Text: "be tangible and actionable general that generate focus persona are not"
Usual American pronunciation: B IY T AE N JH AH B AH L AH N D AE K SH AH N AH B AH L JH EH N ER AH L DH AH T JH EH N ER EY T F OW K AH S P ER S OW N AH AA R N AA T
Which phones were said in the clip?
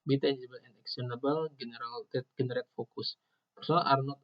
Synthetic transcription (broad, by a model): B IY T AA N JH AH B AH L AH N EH K S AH N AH B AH L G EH N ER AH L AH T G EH N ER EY T F OW K AH S P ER S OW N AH AA R N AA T